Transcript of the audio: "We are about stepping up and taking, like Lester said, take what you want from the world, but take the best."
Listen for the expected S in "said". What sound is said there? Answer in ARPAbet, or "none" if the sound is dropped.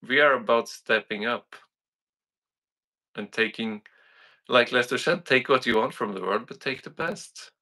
SH